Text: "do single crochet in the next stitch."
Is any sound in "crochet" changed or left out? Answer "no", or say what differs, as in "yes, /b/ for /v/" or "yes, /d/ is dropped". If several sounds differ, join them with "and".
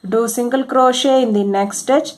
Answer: no